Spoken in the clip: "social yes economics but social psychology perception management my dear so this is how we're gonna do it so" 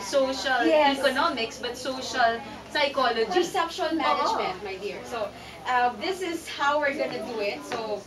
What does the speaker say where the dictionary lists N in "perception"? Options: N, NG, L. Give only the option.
L